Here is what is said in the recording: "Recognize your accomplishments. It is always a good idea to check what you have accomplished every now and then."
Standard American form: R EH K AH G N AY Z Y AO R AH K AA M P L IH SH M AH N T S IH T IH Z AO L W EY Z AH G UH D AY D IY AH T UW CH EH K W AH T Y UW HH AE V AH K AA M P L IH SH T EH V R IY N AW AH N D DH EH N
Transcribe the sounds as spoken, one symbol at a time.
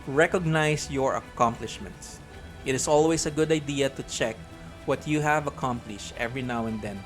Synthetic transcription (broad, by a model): R EH K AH G N AY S Y AO R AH K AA M P L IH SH M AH N T S IH T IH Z AO L W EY S AH G UH D AY D IY AH T UW CH EH K W AH T Y UW HH AE V AH K AA M P L IH SH T EH V R IY N AW AH N D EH N